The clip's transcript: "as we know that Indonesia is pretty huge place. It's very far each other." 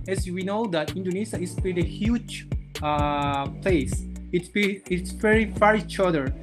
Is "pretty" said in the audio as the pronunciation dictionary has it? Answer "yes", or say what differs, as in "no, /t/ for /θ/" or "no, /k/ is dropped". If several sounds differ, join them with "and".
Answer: no, /ɹ/ is dropped